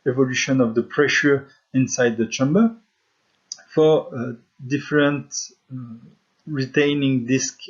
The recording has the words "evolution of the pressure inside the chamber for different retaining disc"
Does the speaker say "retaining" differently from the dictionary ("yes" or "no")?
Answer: no